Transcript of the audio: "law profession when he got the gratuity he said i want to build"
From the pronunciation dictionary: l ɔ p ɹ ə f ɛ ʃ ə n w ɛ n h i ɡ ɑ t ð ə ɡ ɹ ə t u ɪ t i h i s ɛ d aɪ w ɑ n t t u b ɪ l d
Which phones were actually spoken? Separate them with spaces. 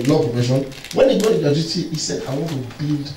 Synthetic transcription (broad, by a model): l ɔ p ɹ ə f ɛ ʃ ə n w ɛ n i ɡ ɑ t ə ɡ ə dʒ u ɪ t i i s ɛ d aɪ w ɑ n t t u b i l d